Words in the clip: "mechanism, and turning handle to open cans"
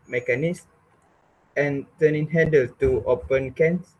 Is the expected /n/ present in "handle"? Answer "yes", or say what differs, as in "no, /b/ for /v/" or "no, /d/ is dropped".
no, /n/ is dropped